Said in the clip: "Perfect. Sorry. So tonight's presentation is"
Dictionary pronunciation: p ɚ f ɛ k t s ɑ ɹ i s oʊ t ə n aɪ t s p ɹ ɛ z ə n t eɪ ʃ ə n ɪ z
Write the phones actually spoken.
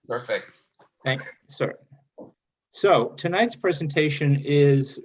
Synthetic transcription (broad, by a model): p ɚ f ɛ k t θ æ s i s oʊ t ə n aɪ t s p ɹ ɛ z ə n t eɪ ʃ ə n ɪ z